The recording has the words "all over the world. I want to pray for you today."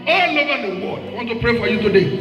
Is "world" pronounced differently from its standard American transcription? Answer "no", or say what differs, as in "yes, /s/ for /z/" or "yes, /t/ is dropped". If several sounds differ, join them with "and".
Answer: yes, /l/ is dropped